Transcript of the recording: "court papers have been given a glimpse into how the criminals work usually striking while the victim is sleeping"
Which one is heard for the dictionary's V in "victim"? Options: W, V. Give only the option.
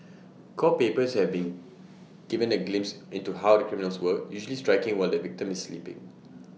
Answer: V